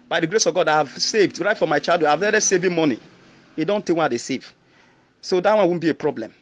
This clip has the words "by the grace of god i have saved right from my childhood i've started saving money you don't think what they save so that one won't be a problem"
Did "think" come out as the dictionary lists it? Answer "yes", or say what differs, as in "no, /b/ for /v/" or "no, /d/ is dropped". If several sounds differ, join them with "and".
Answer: no, /t/ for /θ/ and /ŋ/ is dropped